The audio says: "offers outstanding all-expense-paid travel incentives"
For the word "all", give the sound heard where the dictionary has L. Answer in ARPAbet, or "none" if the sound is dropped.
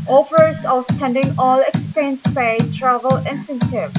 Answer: L